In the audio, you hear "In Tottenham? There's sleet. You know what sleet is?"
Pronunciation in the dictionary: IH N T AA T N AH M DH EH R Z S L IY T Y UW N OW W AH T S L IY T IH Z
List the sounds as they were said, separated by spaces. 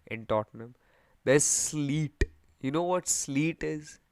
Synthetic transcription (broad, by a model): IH N T AA T N AH M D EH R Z S L IY T Y UW N OW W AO T S L IY T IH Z